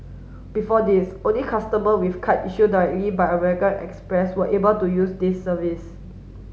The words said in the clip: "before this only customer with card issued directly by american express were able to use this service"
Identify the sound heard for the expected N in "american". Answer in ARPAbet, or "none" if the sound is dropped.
L